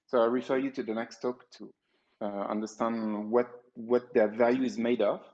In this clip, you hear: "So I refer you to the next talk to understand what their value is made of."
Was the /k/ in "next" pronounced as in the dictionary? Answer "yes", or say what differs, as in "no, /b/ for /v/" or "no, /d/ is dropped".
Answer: yes